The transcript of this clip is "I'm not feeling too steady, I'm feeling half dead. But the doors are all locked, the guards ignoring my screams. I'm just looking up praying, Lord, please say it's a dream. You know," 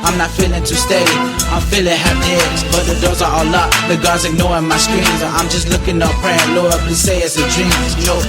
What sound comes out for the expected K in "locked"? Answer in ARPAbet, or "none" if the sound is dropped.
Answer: none